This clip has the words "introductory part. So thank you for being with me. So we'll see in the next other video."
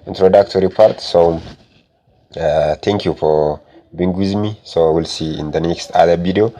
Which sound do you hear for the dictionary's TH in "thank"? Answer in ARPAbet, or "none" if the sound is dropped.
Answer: T